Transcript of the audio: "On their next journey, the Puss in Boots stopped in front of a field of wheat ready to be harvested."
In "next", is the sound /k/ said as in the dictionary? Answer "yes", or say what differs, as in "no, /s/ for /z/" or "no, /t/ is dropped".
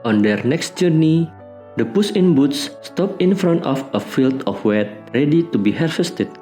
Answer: yes